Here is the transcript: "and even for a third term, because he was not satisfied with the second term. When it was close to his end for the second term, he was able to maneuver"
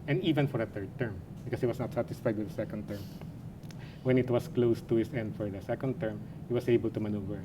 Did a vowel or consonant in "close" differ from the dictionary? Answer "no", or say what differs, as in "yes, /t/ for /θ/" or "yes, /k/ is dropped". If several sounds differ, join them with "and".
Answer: no